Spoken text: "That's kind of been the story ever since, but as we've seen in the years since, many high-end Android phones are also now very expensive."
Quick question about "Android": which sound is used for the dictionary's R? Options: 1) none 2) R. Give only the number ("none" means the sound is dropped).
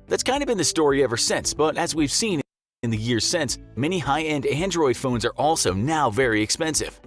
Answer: 2